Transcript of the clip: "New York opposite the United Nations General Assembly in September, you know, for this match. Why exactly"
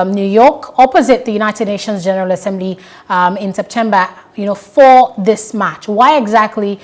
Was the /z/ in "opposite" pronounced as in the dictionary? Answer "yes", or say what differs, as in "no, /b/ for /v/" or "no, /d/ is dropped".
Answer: yes